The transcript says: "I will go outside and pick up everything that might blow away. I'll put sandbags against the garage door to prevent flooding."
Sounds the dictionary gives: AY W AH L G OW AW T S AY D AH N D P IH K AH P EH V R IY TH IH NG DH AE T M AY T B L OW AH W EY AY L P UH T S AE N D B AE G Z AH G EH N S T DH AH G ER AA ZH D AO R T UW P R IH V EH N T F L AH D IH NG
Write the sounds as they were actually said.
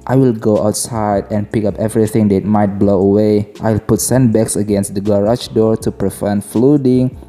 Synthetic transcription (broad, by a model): AY W AH L G OW AW T S AY D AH N P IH K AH P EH V R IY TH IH NG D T M AY T B L OW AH W EY AY L P UH T S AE N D B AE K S AH G EH N S T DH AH G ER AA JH D AO R T UW P R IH F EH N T F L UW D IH NG